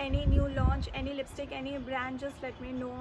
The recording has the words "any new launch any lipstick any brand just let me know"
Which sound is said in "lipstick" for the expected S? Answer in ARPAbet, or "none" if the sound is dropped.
S